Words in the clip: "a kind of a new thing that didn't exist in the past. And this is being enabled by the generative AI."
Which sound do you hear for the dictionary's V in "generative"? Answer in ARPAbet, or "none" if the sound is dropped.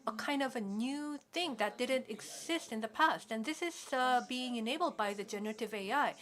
V